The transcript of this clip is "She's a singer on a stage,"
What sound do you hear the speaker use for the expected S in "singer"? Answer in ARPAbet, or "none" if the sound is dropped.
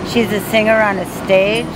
S